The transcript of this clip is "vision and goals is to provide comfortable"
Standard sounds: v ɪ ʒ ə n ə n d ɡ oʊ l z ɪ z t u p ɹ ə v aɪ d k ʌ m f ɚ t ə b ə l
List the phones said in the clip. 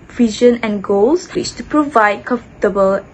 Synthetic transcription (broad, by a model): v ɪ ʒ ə n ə n ɡ oʊ l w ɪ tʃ t u p ɹ ə v aɪ d k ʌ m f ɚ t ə b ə l